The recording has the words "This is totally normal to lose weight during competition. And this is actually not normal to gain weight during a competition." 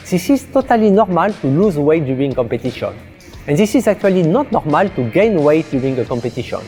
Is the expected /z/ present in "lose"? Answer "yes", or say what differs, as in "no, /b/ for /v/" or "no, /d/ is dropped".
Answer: yes